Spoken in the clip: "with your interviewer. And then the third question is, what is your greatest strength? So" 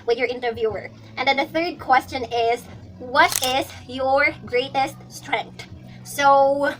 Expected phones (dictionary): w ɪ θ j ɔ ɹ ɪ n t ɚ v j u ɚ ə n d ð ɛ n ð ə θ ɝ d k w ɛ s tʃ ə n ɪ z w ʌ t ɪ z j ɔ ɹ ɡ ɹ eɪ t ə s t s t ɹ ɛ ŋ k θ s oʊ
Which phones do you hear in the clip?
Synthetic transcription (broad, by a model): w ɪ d j ɔ ɹ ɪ n t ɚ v j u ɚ ə n d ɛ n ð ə θ ɝ d k w ɛ s tʃ ə n ɪ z w ʌ t ɪ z j ɔ ɹ ɡ ɹ eɪ t ə s t s t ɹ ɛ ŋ k t s oʊ